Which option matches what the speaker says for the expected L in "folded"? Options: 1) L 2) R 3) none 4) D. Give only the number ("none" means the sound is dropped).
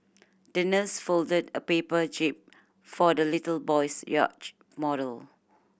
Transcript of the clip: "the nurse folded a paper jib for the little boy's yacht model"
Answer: 1